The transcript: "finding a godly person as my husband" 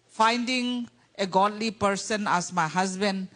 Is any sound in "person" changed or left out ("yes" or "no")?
no